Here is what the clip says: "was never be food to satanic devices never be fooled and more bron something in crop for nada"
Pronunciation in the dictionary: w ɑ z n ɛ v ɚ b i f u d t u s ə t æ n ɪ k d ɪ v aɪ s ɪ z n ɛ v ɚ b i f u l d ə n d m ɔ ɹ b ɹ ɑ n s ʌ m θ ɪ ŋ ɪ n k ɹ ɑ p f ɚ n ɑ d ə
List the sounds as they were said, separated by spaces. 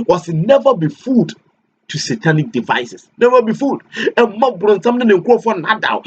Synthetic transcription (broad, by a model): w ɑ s n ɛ v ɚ b i f u d t u s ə t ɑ n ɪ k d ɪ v aɪ s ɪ s n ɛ v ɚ b i f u d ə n m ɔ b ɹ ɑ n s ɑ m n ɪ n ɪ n k ɑ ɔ f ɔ n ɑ d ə